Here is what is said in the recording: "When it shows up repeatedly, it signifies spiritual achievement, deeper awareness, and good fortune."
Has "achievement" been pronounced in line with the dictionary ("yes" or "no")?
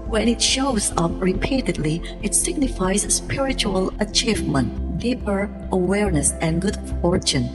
yes